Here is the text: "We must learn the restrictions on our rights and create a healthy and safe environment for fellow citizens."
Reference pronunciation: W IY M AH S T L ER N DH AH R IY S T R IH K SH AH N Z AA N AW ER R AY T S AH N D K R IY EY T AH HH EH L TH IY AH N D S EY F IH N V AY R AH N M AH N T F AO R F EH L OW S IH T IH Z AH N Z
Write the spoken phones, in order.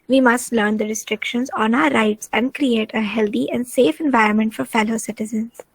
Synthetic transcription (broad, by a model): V IY M AH S T L ER N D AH R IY S T R IH K SH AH N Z AA N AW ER R AY T S AH N D K R IY EY T AH HH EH L T IY AH N D S EY F IH N V AY R AH N M AH N T F AO R F EH L OW S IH T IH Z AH N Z